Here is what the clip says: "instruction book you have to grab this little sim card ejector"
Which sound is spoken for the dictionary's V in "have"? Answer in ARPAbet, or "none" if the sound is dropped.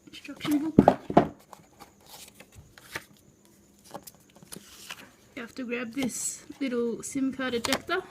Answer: F